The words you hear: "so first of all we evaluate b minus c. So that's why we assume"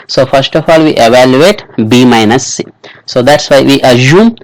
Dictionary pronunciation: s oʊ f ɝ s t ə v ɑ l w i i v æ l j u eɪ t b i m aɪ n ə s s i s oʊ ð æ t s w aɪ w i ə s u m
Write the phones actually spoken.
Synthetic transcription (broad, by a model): s oʊ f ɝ s t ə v ɑ l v i i v æ l j u eɪ t b i m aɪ n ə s s i s oʊ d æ t s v aɪ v i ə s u m